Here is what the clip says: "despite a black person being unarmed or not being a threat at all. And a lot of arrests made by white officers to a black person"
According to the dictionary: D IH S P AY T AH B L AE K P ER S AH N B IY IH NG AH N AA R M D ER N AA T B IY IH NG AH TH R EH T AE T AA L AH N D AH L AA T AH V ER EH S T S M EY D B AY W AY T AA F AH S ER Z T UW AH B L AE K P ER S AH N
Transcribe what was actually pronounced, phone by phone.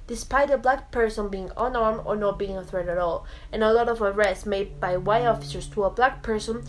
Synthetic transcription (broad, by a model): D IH S P AY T AH B L AE K P ER S AH N B IY IH NG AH N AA R M ER N AA T B IY IH NG AH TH R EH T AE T AA L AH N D AH L AA T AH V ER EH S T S M EY D B AY W AY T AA F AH S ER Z T UW AH B L AE K P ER S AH N